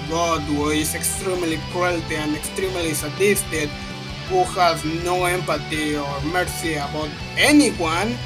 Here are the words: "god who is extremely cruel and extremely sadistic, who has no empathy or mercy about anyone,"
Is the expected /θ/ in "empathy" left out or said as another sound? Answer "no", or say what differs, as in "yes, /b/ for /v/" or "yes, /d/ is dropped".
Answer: yes, /t/ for /θ/